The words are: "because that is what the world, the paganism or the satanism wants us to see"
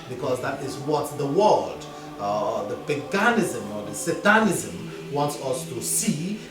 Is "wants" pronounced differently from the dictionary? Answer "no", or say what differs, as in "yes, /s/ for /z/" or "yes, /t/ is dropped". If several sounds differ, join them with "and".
no